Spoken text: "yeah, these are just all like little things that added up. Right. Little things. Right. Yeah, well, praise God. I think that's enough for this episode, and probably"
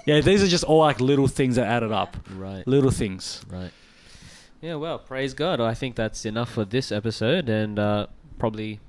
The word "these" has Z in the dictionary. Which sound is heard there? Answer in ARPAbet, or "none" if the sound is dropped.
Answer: Z